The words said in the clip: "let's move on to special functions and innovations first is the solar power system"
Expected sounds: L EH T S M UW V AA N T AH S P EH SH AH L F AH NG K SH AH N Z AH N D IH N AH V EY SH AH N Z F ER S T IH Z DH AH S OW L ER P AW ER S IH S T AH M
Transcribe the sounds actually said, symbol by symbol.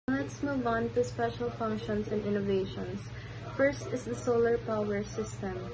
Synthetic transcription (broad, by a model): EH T S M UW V AA N T AH S P EH SH AH L F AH NG K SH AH N S AH N D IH N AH V EY SH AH N S F ER S T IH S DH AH S OW L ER P AW ER S IH S T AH M